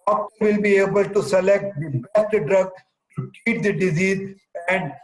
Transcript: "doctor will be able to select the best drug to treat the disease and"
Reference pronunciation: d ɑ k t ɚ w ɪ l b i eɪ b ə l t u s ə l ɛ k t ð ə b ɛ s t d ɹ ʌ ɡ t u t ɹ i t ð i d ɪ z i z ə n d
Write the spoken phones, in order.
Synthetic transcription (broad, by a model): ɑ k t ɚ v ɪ l b i eɪ b ə l t u s ə l ɛ k t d b ɛ s t d ɹ ʌ ɡ t u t i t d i d ɪ z i z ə n d